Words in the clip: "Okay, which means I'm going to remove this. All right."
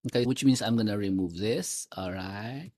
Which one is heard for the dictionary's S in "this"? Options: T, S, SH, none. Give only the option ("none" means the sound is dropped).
S